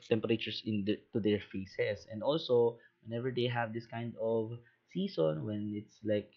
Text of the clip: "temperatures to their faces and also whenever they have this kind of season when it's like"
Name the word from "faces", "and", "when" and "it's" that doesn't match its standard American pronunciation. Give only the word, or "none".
faces